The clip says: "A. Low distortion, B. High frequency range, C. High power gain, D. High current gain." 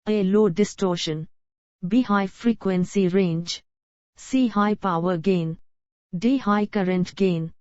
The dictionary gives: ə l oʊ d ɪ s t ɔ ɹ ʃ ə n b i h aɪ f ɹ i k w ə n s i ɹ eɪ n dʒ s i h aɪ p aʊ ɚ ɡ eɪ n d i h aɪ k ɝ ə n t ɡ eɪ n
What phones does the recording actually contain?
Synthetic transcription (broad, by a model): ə l oʊ d ɪ s t ɔ ɹ ʃ ə n b i h aɪ f ɹ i k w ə n s i ɹ eɪ n dʒ s i h aɪ p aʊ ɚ ɡ eɪ n d i h aɪ k ɝ ə n t ɡ eɪ n